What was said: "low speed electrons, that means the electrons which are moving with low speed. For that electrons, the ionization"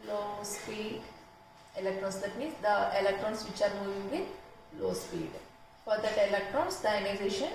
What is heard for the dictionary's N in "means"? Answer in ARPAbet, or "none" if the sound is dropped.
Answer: none